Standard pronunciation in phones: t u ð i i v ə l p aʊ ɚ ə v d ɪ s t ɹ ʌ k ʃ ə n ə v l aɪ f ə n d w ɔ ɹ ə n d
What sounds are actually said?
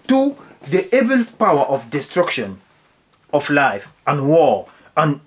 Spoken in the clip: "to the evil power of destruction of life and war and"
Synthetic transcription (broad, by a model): t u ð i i b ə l p aʊ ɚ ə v d ɪ s t ɹ ʌ k ʃ ə n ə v l aɪ f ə n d w ɔ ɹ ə n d